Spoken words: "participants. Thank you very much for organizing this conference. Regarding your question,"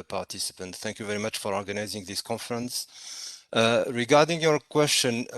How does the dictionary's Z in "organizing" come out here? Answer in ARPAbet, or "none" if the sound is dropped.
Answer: Z